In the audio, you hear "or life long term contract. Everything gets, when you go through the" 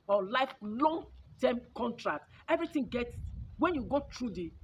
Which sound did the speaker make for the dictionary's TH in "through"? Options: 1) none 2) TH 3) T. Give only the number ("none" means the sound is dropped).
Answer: 3